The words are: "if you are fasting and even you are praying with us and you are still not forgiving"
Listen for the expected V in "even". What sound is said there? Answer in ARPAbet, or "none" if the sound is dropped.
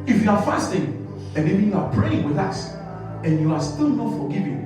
B